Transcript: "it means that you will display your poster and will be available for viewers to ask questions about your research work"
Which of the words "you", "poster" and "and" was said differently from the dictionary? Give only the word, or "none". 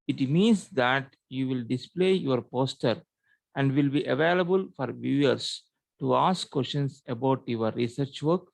none